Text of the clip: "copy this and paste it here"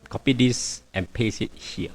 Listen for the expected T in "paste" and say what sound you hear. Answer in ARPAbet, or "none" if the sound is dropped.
none